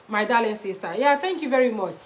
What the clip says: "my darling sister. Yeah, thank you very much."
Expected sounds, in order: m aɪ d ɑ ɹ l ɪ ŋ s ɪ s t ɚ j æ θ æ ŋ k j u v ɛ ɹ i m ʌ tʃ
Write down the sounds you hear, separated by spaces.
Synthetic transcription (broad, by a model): m aɪ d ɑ l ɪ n s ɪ s t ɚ j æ t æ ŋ k j u v ɛ ɹ i m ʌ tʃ